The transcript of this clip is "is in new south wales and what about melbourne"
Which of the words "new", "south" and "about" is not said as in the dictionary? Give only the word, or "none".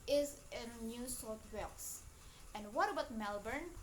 south